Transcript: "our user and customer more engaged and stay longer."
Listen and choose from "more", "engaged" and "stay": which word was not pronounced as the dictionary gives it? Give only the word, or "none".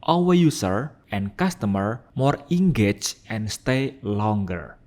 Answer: engaged